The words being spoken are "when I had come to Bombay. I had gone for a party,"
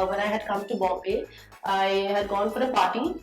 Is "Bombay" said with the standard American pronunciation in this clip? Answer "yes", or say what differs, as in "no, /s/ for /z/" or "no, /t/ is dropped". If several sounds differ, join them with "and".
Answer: no, /m/ is dropped